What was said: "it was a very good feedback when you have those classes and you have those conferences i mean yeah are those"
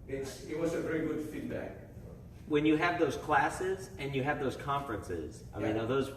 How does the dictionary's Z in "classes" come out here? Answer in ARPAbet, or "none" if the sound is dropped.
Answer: Z